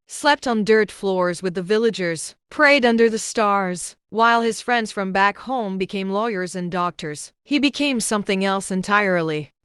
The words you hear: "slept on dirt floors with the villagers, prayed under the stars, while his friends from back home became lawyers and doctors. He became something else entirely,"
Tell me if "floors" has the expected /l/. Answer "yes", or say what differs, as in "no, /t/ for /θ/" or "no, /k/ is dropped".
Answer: yes